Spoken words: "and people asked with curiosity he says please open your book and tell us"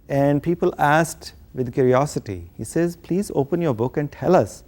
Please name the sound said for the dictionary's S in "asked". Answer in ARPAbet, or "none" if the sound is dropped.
S